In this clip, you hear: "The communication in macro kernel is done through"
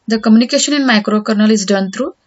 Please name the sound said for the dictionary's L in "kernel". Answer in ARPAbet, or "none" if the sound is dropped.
L